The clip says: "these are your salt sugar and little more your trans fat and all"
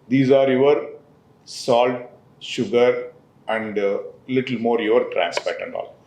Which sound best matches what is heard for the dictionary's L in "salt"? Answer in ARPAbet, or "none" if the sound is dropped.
L